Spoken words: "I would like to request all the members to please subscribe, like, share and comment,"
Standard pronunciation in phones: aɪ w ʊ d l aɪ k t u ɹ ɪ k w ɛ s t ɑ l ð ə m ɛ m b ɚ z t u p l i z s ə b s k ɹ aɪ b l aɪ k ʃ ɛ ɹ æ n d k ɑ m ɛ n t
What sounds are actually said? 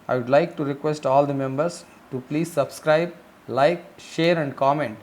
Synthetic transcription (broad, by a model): aɪ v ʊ d l aɪ k t u ɹ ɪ k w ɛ s t ɑ l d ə m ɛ m b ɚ s t u p l i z s ə b s k ɹ aɪ b l aɪ k ʃ ɛ ɹ æ n d k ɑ m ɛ n t